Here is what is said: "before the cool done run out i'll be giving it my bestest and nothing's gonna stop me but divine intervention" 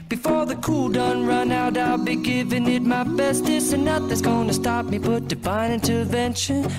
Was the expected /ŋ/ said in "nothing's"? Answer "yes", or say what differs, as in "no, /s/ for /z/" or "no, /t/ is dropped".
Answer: no, /ŋ/ is dropped